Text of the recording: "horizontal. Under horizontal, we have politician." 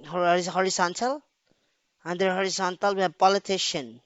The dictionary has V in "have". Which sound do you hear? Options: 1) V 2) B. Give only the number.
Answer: 2